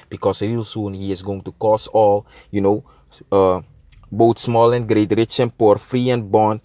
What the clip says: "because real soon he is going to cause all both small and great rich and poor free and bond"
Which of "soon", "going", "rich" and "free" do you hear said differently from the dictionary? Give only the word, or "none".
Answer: none